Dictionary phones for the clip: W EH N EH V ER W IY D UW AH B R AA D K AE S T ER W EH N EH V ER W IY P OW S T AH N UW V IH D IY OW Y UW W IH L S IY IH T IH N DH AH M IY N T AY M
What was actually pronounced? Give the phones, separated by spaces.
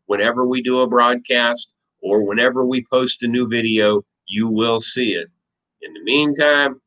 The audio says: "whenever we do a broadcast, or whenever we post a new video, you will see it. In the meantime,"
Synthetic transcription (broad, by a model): W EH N EH V ER W IY D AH AH B R AA D K AE S T ER W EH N EH V ER W IY P OW S T AH N UW V IH D IY OW Y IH W IH L S IY IH T IH N DH AH M IY N T AY M